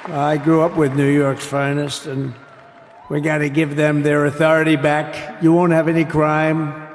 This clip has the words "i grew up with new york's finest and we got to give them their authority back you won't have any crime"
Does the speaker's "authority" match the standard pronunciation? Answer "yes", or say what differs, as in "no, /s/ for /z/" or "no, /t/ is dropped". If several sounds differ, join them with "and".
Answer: yes